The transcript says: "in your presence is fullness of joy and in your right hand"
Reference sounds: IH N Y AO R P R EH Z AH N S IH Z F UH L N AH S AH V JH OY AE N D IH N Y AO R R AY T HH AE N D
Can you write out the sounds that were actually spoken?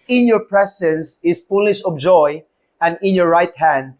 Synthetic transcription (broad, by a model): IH N Y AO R P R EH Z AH N S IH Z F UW L AH SH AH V JH OY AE N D IH N Y AO R R AY T HH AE N D